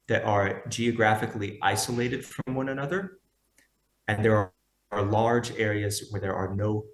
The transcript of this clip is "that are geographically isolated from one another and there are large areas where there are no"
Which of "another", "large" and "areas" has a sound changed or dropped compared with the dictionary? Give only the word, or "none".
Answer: none